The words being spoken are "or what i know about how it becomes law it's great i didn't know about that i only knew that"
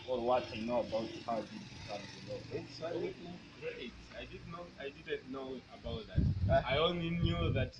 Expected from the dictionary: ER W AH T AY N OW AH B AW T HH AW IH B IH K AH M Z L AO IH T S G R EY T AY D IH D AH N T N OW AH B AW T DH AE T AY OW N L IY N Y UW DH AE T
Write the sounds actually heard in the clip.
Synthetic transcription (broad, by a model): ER W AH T AY N OW AH B AW T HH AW IH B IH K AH Z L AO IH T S G R EY T AY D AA D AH N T N OW AH B AW T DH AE T AY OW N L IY N Y UW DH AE T